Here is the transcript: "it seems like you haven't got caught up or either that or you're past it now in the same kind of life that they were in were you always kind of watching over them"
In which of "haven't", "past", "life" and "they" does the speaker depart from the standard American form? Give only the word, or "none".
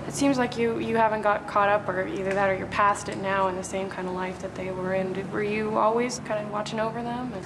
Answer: none